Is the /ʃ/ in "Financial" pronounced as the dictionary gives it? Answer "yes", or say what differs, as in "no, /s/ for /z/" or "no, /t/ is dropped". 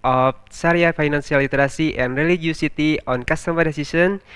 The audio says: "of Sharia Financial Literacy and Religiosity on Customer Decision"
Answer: no, /s/ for /ʃ/